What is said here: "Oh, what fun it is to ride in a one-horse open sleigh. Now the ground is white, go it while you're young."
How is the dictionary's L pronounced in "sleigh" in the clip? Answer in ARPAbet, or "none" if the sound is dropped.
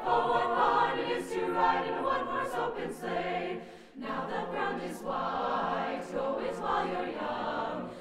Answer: none